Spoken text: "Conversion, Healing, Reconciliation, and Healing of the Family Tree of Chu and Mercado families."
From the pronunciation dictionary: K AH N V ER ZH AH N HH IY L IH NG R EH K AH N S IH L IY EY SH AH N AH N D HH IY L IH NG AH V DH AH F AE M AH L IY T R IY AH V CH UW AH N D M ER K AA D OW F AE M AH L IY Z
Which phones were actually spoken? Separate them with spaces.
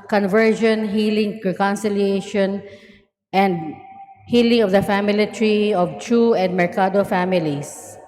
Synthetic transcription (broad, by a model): K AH N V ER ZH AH N HH IY L IH NG R EH K AH N S IH L IY EY SH AH N AH N D HH IY L IH NG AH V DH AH F AE M AH L IY T R IY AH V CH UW AH N D M ER K AA D OW F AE M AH L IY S